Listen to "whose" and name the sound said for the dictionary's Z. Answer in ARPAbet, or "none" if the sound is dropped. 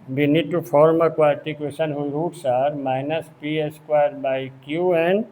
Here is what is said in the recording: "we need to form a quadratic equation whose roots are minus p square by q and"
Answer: none